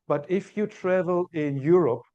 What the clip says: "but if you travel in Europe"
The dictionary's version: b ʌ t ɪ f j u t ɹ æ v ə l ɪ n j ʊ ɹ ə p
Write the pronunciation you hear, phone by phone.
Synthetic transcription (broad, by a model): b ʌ t ɪ f j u t ɹ æ v ə l ɪ n j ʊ ɹ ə p